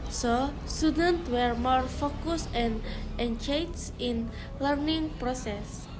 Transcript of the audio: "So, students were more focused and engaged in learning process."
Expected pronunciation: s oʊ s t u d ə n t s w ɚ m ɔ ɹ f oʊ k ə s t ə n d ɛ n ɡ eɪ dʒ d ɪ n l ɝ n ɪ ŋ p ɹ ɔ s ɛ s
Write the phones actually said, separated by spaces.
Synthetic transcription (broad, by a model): s oʊ s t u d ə n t w ɚ m ɔ ɹ f oʊ k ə s ə n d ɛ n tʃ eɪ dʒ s ɪ n l ɝ n ɪ ŋ p ɹ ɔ s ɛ s